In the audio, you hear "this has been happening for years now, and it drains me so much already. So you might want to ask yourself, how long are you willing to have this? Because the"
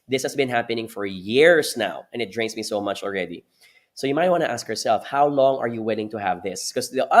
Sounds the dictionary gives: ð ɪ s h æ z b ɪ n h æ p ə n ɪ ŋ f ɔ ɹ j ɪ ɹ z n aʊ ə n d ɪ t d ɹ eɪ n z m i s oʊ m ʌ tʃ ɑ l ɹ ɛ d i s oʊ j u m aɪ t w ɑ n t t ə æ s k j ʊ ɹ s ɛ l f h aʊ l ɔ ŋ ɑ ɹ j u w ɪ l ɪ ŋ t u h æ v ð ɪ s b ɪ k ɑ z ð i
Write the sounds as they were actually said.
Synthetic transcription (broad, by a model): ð ɪ s h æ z b ɪ n h æ p ə n ɪ ŋ f ɔ ɹ j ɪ ɹ s n aʊ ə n ɪ t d ɹ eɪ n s m i s oʊ m ʌ tʃ ɑ l ɹ ɛ d i s oʊ j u m aɪ t w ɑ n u t æ s k j ʊ ɹ s ɛ l f h aʊ l ɔ ŋ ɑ ɹ j u w ɪ l ɪ ŋ t u h æ v ð ɪ s k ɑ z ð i